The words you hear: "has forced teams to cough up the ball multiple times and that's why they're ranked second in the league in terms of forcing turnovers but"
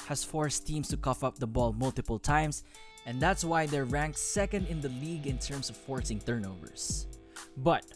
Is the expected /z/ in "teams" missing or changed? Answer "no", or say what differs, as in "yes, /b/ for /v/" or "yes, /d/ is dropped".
yes, /s/ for /z/